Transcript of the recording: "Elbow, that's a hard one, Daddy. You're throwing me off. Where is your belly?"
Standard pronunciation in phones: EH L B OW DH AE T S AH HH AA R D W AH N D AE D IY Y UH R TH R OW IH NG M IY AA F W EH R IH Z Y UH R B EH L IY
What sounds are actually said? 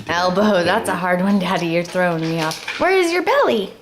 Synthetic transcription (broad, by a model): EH L B OW DH AE T S AH HH AA R D W AH N D AE D IY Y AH R TH R OW IH NG M IY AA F W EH R IH Z Y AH R B EH L IY